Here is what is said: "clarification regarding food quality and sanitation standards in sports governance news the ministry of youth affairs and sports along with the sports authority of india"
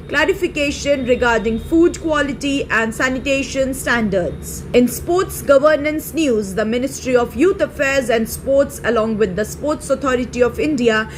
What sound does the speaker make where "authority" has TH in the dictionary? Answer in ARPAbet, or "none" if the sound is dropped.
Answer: T